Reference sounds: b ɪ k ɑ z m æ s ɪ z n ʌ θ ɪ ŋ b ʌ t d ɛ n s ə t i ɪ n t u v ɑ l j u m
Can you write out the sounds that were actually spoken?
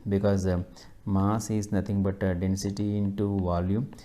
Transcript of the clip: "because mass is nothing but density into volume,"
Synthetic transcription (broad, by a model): b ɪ k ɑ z m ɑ s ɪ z n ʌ t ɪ ŋ b ʌ t d ɛ n s ə t i ɪ n t u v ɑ l j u m